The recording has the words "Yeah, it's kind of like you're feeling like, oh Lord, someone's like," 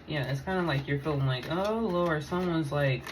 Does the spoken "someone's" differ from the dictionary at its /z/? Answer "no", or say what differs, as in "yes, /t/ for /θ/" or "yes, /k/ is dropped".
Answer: no